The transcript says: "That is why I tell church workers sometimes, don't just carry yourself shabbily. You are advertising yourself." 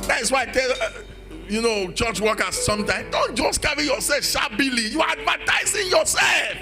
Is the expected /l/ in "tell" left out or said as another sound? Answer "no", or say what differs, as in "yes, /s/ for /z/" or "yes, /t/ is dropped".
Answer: yes, /n/ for /l/